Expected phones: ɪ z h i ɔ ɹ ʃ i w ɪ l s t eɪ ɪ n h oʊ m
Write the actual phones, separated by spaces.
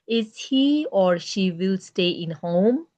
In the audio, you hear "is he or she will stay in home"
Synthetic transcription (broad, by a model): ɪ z h i ɔ ɹ ʃ i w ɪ l s t eɪ ɪ n h oʊ m